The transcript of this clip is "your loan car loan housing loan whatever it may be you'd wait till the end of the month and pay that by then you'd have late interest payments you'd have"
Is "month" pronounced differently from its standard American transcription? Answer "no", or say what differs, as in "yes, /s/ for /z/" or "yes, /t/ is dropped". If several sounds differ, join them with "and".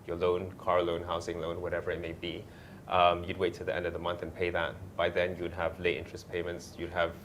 no